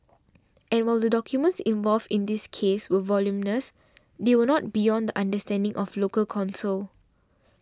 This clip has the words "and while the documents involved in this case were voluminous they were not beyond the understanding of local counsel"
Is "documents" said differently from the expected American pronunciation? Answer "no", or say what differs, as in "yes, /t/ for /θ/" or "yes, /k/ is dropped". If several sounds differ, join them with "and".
no